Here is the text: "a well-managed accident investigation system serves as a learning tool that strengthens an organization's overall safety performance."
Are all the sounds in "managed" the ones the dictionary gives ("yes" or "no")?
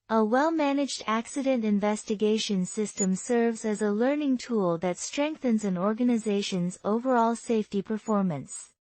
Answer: yes